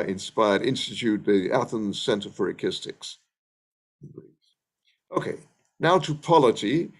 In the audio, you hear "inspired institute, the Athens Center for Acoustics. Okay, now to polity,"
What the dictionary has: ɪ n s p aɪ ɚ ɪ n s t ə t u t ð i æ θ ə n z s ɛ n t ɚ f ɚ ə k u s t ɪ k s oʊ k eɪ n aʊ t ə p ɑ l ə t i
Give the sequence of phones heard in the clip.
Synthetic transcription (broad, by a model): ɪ n s p aɪ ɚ ɪ n s t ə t u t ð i æ θ ə n z s ɛ n t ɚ f ɚ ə k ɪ s t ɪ k s oʊ k eɪ n aʊ t ə p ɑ l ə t i